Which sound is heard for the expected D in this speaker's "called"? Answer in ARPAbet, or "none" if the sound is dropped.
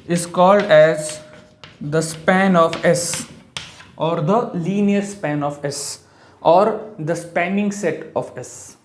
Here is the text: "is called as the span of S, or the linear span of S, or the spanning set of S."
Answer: D